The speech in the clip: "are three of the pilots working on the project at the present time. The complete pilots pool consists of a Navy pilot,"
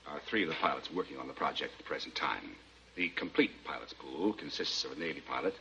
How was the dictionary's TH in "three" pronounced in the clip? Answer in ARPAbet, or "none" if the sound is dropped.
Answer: TH